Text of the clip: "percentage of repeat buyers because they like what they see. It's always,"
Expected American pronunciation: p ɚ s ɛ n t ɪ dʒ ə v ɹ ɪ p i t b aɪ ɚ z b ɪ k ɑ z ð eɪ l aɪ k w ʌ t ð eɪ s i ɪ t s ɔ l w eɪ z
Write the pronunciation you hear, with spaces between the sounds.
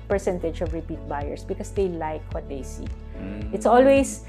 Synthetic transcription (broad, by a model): p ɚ s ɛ n t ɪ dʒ ə v ɹ ɪ p i t b aɪ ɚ s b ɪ k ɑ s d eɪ l aɪ k w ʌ t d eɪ s i ɪ t s ɔ l w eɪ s